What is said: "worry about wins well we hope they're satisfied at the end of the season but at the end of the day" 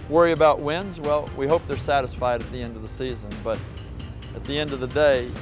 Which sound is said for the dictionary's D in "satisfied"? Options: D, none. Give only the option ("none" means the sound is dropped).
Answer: D